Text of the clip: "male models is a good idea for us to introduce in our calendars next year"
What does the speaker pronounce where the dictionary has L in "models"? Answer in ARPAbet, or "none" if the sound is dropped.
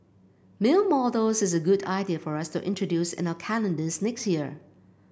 none